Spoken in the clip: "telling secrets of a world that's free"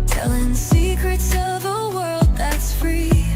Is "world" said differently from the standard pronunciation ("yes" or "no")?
no